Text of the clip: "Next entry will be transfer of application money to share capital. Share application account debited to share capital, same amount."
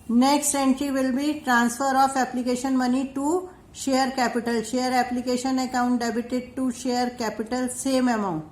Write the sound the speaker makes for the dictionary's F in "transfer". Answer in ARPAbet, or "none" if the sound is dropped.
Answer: F